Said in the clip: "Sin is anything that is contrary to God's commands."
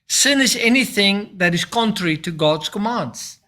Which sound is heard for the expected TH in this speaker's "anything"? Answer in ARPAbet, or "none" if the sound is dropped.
TH